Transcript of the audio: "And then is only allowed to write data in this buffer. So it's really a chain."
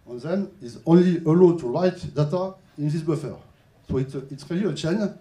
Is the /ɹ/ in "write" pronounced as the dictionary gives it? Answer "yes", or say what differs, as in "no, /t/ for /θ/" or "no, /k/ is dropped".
no, /l/ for /ɹ/